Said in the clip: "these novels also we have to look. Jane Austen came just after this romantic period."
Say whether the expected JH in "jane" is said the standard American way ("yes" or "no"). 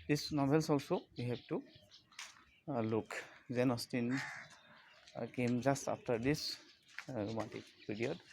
no